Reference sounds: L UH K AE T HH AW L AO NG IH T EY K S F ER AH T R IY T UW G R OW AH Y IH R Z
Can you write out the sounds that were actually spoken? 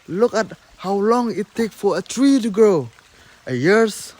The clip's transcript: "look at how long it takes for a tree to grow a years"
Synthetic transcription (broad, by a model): L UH K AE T HH AW L AO NG IH T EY K F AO AH T R IY T UW G R OW AH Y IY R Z